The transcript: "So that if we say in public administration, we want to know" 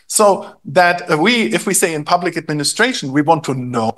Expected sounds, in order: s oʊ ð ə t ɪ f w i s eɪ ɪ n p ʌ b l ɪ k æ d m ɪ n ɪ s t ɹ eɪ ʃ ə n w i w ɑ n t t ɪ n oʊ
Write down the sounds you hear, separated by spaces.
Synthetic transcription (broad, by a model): s oʊ ð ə t ɪ f w i s eɪ ɪ n p ʌ b l ɪ k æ d m ɪ n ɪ s t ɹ eɪ ʃ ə n w i w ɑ n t t ɪ n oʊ